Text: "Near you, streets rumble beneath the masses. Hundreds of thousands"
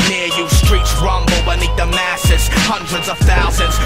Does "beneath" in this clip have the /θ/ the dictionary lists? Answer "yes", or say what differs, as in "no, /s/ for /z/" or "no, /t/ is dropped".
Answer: no, /t/ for /θ/